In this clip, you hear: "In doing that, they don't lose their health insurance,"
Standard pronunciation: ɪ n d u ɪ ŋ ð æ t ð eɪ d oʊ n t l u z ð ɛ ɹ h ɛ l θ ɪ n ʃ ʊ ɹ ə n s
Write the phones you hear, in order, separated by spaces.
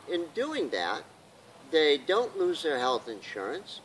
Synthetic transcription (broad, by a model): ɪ n d u ɪ ŋ ð æ t ð eɪ d oʊ n t l u z ð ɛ ɹ h ɛ l θ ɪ n ʃ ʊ ɹ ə n s